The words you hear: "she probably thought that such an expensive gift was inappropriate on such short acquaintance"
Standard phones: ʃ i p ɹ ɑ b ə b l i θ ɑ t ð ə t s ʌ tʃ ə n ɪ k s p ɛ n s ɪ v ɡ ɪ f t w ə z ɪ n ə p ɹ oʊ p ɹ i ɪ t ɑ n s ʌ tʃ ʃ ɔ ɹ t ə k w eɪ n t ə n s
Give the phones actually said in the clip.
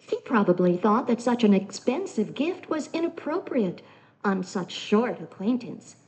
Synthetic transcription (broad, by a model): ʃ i p ɹ ɑ b ə b l i θ ɑ t ð ə t s ʌ tʃ ə n ɪ k s p ɛ n s ɪ v ɡ ɪ f t w ə z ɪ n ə p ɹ oʊ p ɹ i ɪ t n s ʌ tʃ ʃ ɔ ɹ t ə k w eɪ n t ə n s